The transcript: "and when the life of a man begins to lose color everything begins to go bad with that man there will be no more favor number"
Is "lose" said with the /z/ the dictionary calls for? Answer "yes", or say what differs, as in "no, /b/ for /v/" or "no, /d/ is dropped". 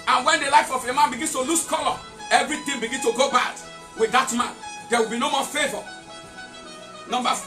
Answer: no, /s/ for /z/